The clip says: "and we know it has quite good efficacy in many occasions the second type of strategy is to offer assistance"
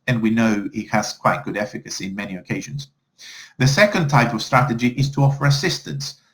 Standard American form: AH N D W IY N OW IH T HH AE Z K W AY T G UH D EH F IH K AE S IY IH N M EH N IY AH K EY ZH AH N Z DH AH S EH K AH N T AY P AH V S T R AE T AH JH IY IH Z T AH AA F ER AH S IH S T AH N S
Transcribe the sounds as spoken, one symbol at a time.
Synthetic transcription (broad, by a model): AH N W IY N OW IH T HH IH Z K W AY T G UH D EH F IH K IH S IY IH N M EH N IY AH K EY ZH AH N Z DH AH S EH K AH N T AY P AH V S T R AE T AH JH IY IH Z T AH AA F ER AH S IH S T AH N S